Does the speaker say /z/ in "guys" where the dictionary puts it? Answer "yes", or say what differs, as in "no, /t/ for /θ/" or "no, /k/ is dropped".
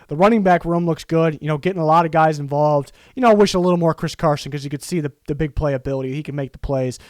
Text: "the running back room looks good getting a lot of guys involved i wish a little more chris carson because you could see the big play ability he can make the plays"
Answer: yes